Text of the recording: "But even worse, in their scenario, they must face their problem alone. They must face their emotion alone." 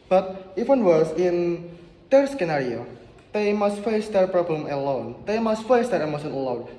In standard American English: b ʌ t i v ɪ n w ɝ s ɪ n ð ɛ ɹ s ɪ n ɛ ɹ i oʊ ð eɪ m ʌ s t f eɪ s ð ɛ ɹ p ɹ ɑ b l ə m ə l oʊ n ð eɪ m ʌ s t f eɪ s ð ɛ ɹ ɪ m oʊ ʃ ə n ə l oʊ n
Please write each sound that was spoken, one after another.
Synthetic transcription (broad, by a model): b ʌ t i w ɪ n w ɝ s ɪ n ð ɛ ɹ s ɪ n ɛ ɹ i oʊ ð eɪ m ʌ s t f eɪ s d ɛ ɹ p ɹ ɑ b l ə m ə l oʊ n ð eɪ m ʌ s t f eɪ s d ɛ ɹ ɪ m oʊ s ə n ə l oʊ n